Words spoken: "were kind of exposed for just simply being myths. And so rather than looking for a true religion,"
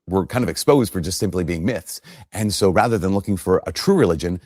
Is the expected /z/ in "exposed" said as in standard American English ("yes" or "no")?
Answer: yes